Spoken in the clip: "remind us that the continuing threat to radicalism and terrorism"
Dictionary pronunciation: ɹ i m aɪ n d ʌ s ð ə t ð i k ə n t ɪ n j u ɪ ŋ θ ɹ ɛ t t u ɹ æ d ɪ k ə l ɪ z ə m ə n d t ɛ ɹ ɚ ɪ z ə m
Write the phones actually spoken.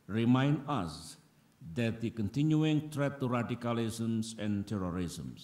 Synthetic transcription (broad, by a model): ɹ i m aɪ n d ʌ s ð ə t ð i k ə n t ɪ n j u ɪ ŋ t ɹ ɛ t t u ɹ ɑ d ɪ k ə l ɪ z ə m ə n t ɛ ɹ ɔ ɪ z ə m